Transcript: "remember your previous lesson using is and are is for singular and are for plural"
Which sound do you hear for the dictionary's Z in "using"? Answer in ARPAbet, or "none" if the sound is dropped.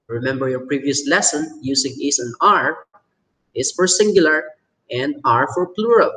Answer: S